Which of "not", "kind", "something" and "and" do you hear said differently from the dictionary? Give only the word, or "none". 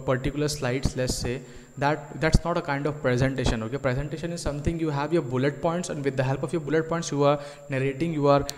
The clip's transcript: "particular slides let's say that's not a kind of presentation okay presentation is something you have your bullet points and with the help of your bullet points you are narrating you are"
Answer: something